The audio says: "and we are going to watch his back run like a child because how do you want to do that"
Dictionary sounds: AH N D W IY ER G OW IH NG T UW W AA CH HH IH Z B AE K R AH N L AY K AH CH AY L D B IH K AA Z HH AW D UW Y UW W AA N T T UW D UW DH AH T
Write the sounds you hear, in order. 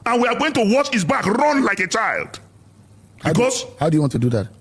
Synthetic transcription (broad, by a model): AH N W IY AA G OW IH NG T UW W AA CH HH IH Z B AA K R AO N L AY K AH CH AY L D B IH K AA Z HH AW D UW Y UW W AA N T T UW D UW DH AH T